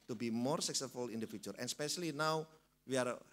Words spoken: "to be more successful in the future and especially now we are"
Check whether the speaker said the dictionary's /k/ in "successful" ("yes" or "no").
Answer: yes